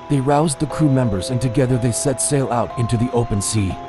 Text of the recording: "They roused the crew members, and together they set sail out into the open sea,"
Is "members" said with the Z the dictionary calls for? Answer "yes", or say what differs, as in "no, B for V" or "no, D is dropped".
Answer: yes